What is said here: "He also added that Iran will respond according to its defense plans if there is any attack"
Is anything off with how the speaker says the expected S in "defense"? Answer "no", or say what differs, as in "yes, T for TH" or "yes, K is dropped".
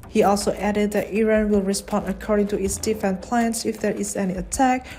yes, S is dropped